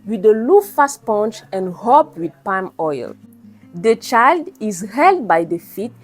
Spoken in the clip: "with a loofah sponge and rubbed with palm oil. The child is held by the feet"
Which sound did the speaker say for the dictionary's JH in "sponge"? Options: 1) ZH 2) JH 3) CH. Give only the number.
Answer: 3